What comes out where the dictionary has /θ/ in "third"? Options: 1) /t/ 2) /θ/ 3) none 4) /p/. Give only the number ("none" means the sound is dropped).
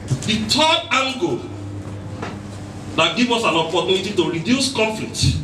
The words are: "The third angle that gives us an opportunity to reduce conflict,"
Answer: 1